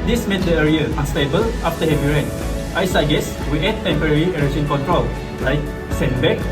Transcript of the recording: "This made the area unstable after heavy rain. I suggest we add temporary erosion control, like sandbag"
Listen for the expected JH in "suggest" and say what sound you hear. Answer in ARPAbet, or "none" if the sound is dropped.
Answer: none